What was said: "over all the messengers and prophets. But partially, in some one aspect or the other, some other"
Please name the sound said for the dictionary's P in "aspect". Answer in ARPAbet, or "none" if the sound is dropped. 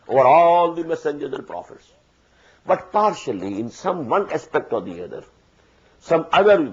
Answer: P